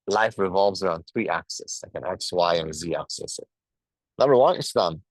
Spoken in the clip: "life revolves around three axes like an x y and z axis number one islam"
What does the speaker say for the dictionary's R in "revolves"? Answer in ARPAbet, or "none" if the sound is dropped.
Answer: R